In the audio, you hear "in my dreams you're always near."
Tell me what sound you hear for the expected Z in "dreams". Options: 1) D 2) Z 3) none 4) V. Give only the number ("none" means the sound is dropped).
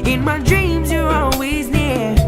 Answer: 2